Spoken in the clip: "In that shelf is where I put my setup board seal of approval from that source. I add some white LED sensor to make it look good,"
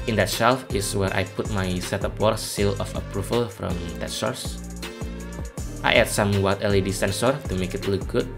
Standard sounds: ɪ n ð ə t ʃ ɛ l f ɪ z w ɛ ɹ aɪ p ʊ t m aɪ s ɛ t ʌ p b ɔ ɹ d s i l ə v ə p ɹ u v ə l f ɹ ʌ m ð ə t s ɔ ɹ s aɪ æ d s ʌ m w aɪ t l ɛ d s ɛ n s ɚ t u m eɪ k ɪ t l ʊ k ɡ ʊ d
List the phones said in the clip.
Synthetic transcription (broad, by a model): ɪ n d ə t ʃ ɛ l f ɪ s w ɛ ɹ aɪ p ʊ t m aɪ s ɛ t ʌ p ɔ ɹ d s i l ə f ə p ɹ u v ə l f ɹ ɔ m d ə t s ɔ ɹ s aɪ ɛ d s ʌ m w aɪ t l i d s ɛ n s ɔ t u m eɪ k ɪ t l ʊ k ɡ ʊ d